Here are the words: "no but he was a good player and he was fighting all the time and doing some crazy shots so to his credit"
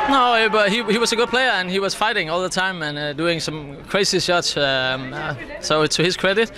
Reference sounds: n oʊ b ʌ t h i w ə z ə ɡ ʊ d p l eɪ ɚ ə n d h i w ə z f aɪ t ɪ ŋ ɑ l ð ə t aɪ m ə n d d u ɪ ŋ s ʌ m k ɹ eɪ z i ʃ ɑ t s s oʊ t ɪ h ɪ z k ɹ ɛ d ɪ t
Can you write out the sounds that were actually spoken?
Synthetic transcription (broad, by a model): n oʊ b ʌ t h i w ə z ə ɡ ʊ d p l eɪ ɚ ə n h i w ə z f aɪ t ɪ ŋ ɑ l ð ə t aɪ m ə n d d u ɪ ŋ s ʌ m k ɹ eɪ s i s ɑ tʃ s s oʊ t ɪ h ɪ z k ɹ ɛ d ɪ t